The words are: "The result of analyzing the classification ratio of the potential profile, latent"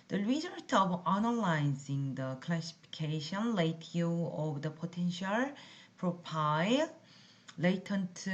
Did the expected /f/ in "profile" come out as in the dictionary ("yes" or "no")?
no